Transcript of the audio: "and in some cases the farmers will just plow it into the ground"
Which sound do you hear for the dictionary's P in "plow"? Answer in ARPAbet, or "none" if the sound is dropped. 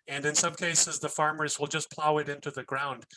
P